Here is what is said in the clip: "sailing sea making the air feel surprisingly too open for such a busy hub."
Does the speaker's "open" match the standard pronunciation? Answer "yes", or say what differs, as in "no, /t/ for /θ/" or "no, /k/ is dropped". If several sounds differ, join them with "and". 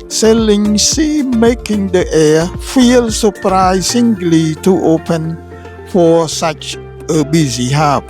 yes